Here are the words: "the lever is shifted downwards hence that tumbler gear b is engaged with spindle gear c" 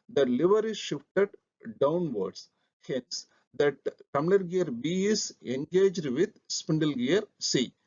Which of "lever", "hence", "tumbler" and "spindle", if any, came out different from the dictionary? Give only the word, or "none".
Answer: tumbler